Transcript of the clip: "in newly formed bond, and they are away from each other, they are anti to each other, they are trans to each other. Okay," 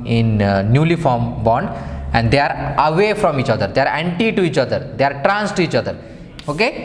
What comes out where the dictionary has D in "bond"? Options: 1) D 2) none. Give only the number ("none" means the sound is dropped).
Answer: 1